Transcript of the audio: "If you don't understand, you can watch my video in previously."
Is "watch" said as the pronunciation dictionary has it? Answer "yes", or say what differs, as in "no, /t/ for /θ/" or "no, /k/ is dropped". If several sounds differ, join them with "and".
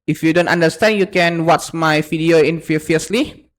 no, /s/ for /tʃ/